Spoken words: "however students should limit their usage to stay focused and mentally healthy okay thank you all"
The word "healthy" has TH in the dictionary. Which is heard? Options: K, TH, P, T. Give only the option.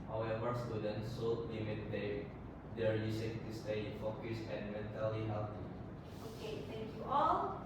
T